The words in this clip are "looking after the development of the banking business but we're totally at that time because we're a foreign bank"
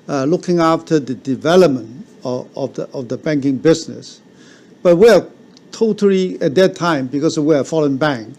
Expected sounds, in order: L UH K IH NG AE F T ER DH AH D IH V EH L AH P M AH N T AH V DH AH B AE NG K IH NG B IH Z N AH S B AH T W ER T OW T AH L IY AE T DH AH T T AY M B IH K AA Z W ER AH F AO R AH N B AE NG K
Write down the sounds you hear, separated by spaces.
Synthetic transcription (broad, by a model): L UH K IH NG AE F T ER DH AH D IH V EH L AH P M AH N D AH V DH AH B AE NG K IH NG B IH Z N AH S B AH T W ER T OW T AH L IY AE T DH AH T T AY M B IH K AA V W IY AH F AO L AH N B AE NG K